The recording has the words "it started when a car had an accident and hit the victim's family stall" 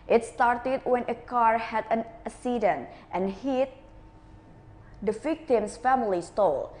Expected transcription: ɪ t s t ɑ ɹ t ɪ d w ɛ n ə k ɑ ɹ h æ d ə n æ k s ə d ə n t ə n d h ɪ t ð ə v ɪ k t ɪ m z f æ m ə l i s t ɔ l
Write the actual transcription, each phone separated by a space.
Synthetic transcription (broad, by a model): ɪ t s t ɑ ɹ t ɪ d w ɛ n ə k ɑ ɹ h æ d ə n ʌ s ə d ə n t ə n h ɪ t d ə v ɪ k t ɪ m s f æ m ə l i s t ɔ l